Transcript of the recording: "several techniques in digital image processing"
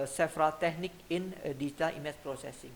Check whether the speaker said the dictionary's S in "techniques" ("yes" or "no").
no